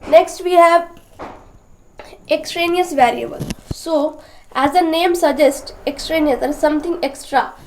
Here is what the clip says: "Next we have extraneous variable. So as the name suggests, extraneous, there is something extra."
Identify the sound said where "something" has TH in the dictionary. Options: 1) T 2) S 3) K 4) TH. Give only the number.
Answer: 1